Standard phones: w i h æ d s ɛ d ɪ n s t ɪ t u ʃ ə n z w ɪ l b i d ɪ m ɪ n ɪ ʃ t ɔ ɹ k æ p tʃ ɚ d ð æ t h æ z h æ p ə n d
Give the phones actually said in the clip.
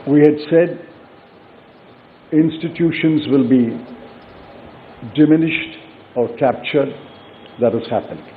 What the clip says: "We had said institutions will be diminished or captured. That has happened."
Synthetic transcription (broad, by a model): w i h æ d s ɛ d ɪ n s t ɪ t u ʃ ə n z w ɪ l b i d ɪ m ɪ n ɪ ʃ t ɔ ɹ k æ p tʃ ɚ d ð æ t h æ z h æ p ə n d